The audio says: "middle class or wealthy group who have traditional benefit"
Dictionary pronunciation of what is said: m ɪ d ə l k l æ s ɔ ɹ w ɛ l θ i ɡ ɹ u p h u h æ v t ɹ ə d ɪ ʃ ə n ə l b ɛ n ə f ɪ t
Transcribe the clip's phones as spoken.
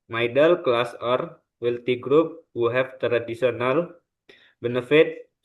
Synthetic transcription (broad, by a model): m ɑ d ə l k l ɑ s ɔ ɹ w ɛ l t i ɡ ɹ u p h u h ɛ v t ɹ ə d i s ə n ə l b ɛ n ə f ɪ t